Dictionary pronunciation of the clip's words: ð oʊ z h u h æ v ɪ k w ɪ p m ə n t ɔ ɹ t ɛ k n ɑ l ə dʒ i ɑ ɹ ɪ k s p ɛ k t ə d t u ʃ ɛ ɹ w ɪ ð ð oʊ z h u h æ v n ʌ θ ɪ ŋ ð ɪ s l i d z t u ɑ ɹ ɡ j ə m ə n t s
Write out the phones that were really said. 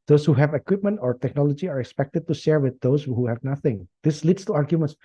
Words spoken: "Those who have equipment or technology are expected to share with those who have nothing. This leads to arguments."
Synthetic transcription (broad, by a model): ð oʊ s h u h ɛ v ɪ k w ɪ p m ə n t ɔ ɹ t ɛ k n ɑ l ə dʒ i ɑ ɹ ɪ k s p ɛ k t ə d t u ʃ ɛ ɹ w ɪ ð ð oʊ s h u h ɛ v n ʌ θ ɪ ŋ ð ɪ s l i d s t u ɑ ɹ ɡ j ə m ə n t s